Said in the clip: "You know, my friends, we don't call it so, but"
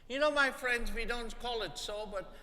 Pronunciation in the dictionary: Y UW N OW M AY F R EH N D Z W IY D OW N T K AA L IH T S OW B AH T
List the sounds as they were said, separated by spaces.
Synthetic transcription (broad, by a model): Y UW N OW M AY F R EH N D Z W IY D OW N T K AA L IH T S OW B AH T